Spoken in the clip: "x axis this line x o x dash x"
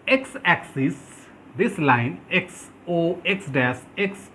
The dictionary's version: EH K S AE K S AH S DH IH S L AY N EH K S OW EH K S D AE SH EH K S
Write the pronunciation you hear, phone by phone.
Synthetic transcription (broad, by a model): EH K S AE K S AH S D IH S L AY N EH K S OW EH K S D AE S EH K S